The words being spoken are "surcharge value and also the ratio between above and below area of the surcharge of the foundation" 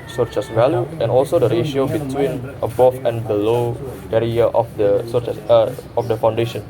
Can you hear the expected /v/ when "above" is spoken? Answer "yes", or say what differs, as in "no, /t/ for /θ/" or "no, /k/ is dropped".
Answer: no, /f/ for /v/